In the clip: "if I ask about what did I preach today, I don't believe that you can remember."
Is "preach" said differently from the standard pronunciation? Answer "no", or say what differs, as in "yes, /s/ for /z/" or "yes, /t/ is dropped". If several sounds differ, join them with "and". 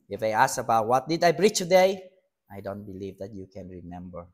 yes, /b/ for /p/